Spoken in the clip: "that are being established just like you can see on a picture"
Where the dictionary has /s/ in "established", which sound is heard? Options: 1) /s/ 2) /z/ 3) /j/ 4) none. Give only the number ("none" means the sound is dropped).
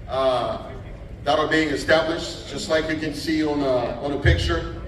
1